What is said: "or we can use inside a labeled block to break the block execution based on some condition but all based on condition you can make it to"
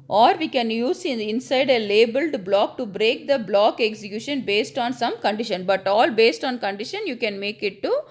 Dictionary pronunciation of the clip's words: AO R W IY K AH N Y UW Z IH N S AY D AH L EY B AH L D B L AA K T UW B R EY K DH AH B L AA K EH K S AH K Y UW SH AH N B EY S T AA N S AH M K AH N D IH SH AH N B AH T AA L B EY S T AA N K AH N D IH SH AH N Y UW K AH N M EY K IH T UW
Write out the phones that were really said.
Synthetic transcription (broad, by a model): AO R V IY K AH N Y UW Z IH N S AY D AH L EY B AH L D B L AA K T UW B R EY K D AH B L AA K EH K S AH K Y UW SH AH N B EY S T AA N S AH M K AH N D IH SH AH N B AH T AA L B EY S T AA N K AH N D IH SH AH N Y UW K AH N M EY K IH T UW